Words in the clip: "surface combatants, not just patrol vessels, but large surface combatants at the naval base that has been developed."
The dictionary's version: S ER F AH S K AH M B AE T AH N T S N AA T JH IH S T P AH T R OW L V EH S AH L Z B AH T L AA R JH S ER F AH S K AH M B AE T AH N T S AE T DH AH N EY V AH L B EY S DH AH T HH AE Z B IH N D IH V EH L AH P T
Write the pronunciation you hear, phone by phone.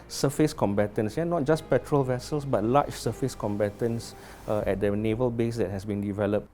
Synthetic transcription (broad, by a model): S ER F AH S K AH M B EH T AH N S N AA T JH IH S P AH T R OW L V EH S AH L S B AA T L AA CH S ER F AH S K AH M B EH T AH N S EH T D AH N EY V AH L B EY S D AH T HH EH S B IH N D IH V EH L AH P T